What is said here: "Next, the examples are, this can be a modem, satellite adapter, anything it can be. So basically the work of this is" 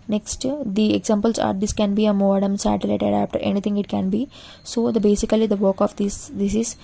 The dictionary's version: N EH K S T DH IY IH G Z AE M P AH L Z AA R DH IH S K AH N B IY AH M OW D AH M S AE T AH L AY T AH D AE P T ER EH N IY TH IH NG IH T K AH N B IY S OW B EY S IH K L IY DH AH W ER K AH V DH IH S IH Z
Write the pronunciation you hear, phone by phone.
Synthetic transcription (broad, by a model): N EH K S T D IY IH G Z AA M P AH L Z AA R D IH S K AH N B IY AH M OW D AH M S AE T AH L AY T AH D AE F T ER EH N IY T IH NG IH T K AH N B IY S OW B EY S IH K L IY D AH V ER K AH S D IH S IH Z